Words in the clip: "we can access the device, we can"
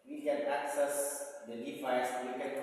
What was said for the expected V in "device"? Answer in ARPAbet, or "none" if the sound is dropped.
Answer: F